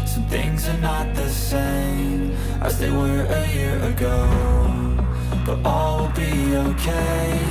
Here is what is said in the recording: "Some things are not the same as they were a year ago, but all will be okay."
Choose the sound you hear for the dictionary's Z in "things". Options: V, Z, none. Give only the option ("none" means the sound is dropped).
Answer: Z